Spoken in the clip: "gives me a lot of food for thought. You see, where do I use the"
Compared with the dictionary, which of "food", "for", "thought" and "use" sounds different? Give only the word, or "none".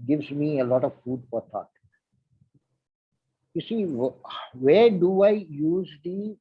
thought